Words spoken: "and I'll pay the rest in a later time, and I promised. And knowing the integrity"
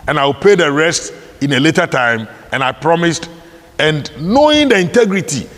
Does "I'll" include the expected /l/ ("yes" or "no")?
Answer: no